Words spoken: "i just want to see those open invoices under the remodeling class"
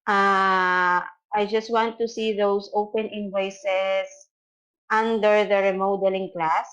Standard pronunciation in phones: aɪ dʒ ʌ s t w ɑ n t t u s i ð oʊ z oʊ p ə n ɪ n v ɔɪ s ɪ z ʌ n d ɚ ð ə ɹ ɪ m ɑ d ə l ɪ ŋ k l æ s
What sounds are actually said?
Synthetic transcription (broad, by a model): aɪ dʒ ʌ s t w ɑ n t t u s i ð oʊ s oʊ p ə n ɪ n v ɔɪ s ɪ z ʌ n d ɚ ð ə ɹ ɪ m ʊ d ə l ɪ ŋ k l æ s